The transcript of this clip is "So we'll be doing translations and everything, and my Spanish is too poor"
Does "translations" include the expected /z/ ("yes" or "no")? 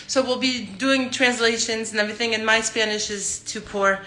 yes